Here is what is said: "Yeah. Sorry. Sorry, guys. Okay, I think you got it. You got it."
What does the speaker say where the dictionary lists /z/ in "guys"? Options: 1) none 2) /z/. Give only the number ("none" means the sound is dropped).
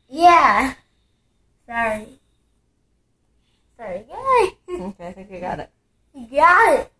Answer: 1